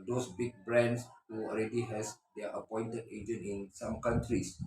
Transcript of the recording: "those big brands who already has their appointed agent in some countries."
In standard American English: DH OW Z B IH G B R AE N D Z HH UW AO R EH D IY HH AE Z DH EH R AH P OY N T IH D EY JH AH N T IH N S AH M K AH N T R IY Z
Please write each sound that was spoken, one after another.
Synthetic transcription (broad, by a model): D OW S B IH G B R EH N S HH UW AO L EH D IY HH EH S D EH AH P OY N T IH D EY JH AH N T IH N S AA M K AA N T R IY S